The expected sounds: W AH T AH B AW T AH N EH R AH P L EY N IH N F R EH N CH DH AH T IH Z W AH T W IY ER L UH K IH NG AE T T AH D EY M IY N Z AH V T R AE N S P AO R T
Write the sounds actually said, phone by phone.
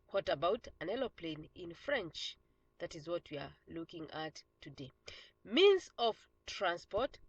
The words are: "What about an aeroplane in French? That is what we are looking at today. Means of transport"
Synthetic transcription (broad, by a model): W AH T AH B AW T AH N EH L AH P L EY N IH N F R EH N CH DH AH T IH Z W AH T W IY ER L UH K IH NG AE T T AH D EY M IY N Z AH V T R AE N S P AO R T